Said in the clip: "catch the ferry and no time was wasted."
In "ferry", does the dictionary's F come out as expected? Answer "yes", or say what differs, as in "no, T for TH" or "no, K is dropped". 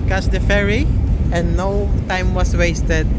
yes